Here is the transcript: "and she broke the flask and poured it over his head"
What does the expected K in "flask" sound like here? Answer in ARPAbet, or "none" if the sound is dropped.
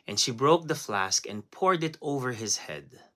K